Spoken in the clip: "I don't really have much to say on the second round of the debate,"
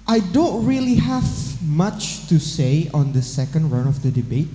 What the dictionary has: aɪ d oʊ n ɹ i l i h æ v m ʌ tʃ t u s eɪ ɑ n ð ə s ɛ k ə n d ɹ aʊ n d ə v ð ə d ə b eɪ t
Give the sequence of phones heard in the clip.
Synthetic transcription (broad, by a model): aɪ d oʊ n ɹ i l i h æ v m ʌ tʃ t u s eɪ ɑ n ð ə s ɛ k ə n d ɹ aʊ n ə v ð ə d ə b eɪ t